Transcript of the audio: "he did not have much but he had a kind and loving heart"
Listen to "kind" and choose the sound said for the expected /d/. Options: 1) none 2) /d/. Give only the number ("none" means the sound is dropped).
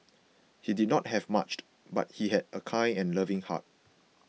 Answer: 1